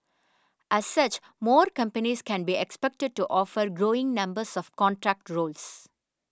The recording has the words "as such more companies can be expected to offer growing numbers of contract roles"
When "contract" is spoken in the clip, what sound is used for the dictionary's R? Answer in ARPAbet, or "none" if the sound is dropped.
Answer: R